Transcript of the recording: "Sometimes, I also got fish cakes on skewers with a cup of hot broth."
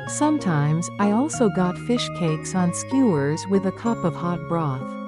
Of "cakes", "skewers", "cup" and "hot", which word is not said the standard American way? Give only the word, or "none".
none